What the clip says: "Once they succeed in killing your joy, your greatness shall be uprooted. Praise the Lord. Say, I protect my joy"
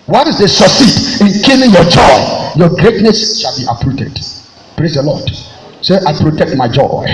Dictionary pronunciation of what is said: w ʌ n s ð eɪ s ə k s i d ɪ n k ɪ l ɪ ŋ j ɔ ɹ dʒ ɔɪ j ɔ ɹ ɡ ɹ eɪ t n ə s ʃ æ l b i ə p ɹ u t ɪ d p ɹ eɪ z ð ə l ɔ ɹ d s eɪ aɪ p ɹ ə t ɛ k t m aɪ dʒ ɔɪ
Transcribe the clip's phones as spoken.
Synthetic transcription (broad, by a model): w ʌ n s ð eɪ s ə s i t ɪ n k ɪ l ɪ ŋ j ɔ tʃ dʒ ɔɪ j ɔ ɡ ɹ eɪ t n ə s ʃ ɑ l b i ə p ɹ u t ɪ d p ɹ eɪ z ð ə l ɔ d s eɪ aɪ p ɹ ə t ɛ k t m aɪ dʒ ɔɪ